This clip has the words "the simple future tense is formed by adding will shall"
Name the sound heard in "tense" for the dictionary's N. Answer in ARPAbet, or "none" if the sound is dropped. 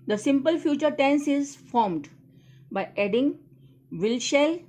N